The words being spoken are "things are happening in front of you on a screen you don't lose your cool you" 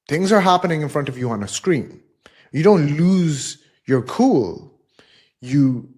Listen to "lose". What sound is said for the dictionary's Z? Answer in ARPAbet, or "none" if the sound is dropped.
Z